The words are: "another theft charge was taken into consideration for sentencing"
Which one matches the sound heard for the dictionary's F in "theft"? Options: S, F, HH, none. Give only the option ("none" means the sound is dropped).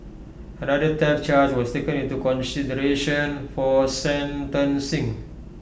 none